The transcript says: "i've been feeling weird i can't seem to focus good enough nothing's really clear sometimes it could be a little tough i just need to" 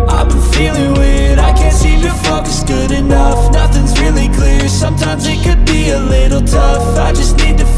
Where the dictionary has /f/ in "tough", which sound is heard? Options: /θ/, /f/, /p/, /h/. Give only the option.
/f/